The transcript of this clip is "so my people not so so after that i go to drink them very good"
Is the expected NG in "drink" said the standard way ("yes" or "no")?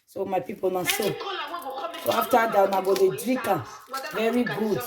no